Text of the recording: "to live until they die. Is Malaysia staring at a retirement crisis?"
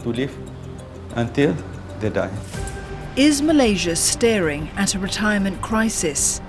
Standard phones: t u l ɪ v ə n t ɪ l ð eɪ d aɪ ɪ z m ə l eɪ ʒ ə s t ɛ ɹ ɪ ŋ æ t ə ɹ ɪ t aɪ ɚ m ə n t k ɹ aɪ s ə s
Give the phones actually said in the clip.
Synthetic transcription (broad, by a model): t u l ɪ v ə n t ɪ l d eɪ d aɪ ɪ z m ə l eɪ ʒ ə s t ɛ ɹ ɪ ŋ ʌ t ə ɹ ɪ t aɪ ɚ m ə n k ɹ aɪ s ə s